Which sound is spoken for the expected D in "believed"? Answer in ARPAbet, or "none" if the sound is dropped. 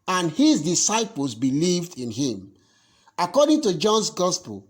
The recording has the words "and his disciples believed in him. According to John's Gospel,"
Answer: D